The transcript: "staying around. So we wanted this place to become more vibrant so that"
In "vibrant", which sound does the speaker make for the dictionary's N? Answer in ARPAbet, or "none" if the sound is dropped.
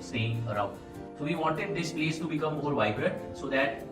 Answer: none